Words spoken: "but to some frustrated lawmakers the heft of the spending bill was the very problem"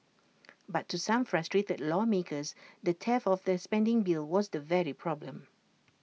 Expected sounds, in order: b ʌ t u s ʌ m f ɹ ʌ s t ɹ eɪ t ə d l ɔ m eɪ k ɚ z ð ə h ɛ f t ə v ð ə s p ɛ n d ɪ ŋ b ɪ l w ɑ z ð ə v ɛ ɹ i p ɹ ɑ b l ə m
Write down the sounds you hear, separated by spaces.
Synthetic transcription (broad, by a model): b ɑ t u s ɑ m f ɹ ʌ s t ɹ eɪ t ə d l ɔ m eɪ k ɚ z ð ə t ɛ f ə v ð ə s p ɛ n d ɪ ŋ b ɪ l w ɑ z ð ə v ɛ ɹ i p ɹ ɑ b l ə m